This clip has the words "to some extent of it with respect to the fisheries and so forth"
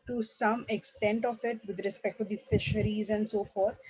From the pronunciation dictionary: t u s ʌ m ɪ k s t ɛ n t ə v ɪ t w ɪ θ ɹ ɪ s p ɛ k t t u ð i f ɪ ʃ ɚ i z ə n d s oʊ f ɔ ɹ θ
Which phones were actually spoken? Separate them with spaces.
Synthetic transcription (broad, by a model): t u s ʌ m ɪ k s t ɛ n t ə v ɪ t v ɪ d ɹ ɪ s p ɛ k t t u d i f ɪ ʃ ɚ i z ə n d s oʊ f ɔ ɹ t